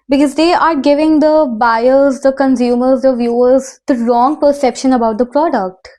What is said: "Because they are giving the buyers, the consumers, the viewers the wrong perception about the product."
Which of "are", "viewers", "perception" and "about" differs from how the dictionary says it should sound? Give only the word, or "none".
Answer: none